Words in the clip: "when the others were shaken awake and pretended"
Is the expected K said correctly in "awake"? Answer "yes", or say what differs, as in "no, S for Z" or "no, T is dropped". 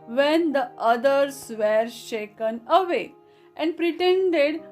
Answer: no, K is dropped